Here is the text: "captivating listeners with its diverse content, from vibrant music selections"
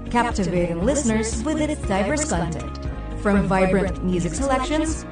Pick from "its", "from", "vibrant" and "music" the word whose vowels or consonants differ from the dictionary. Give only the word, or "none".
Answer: none